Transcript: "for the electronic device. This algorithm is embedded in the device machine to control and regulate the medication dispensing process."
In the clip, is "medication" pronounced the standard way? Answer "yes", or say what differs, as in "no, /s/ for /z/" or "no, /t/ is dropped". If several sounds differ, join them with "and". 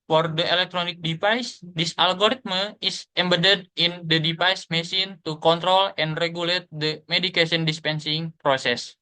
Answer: no, /s/ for /ʃ/